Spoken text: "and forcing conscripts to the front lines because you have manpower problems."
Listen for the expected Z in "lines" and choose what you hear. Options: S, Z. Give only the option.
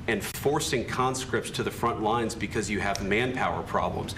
Z